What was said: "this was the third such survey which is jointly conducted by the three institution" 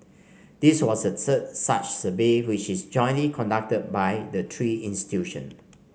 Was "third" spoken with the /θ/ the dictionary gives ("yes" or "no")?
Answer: no